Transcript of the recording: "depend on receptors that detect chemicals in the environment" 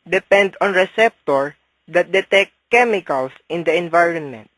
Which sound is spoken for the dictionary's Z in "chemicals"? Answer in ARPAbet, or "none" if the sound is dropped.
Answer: S